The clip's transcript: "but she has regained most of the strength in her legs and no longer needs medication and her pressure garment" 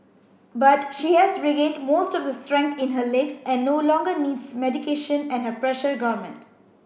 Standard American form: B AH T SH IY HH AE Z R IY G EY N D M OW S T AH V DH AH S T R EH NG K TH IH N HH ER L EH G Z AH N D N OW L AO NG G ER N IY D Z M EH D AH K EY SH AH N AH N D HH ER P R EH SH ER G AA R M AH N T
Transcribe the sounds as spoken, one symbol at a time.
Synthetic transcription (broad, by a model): B AH T SH IY HH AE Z R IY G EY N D M OW S T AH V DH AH S T R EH NG K T IH N HH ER L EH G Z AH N N OW L AO NG G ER N IY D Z M EH D AH K EY SH AH N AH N HH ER P R EH SH ER G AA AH M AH N T